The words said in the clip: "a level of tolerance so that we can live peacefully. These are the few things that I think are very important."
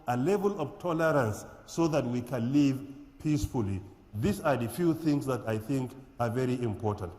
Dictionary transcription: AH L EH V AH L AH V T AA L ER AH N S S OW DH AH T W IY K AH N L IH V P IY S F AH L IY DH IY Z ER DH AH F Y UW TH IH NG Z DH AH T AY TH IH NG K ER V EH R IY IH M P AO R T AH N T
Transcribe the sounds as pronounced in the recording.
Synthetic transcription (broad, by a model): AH L EH V AH L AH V T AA L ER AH N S S OW DH AH T W IY K AH N L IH V P IY S F AH L IY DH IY S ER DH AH F Y UW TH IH NG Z DH AH T AY TH IH NG K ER V EH R IY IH M P AO R T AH N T